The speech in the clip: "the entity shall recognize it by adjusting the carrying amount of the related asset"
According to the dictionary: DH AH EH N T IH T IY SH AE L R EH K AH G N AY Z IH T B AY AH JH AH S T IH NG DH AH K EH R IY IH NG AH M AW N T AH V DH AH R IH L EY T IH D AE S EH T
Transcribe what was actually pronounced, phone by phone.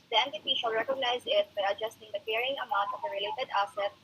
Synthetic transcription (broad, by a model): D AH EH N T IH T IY SH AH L R EH K AH G N AY Z IH T B AY AH JH AH S T IH NG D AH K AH R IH NG AH M AW N T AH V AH R IH L EY T IH D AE S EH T